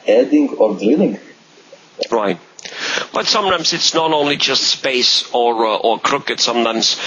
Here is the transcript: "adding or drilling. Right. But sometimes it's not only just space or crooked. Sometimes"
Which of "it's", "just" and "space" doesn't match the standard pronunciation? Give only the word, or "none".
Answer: none